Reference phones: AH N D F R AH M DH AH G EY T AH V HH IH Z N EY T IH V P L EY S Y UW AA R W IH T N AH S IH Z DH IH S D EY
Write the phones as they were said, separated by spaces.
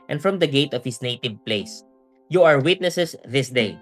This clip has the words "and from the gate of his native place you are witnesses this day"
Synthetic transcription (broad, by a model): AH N F R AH M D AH G EY T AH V HH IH S N EY T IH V P L EY S Y UW AA R W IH T N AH S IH S DH IH S D EY